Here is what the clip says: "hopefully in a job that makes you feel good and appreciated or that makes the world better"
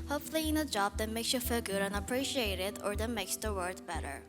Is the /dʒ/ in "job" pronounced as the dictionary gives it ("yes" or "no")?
yes